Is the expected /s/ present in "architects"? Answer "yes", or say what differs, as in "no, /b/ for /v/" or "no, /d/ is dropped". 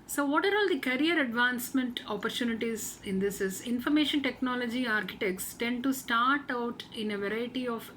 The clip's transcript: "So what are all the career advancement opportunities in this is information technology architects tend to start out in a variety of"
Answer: yes